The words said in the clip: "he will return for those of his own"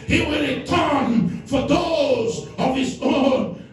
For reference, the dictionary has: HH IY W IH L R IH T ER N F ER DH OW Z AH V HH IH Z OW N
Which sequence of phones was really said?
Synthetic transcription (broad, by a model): HH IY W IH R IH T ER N F ER DH OW Z AH V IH Z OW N